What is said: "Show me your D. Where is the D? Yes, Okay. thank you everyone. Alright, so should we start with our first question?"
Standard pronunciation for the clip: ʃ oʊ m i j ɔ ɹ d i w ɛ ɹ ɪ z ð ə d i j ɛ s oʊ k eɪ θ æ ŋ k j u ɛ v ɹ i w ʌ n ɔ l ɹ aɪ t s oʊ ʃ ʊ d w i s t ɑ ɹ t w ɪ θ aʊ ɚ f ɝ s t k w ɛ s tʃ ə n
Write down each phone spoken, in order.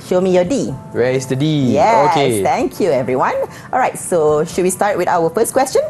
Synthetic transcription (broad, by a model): ʃ oʊ m i j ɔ d i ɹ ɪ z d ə d i j ɛ oʊ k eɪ t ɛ ŋ k j u ɛ v ɹ i w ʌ n ɔ l ɹ aɪ t s oʊ ʃ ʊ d w i s t ɑ ɹ t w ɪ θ aʊ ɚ f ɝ s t k w ɛ s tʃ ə n